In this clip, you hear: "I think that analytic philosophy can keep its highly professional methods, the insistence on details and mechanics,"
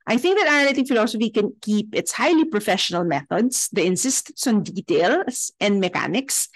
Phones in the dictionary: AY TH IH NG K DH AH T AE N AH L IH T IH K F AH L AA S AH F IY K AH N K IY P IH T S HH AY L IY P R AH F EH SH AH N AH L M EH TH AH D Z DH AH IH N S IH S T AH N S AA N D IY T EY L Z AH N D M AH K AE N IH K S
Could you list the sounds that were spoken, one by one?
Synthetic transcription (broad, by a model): AY TH IH NG K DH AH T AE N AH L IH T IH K F AH L AA S AH F IY K AH N K IY P IH T S HH AY L IY P R AH F EH SH AH N AH L M EH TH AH D S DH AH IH N S IH S T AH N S AA N D IY T EY L S AH N D M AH K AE N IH K S